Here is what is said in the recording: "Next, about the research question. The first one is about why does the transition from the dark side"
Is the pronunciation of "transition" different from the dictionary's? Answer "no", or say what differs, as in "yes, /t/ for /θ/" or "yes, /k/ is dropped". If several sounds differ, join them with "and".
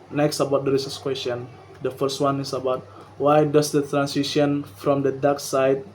yes, /s/ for /z/